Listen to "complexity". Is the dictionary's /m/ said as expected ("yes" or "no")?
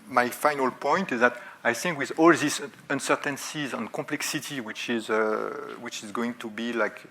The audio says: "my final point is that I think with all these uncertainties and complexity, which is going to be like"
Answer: no